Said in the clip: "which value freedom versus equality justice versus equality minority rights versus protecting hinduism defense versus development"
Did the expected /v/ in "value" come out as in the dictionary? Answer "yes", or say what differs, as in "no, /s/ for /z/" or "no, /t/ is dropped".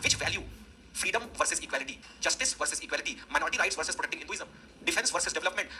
yes